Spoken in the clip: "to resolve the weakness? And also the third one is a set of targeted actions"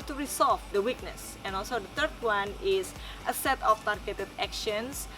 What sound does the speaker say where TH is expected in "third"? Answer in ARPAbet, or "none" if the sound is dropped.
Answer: T